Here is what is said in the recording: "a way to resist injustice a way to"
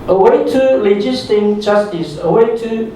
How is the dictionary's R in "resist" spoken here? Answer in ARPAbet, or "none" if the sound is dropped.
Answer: L